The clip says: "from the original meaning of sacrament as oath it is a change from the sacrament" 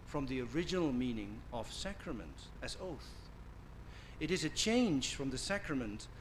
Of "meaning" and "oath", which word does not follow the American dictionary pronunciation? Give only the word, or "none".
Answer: none